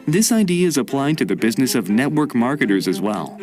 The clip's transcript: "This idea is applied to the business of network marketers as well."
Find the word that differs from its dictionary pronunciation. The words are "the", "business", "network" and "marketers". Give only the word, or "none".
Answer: none